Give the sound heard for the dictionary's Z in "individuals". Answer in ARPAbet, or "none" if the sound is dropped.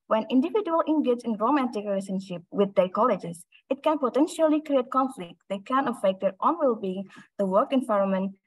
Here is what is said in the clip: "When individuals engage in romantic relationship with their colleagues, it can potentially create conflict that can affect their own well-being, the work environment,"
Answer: none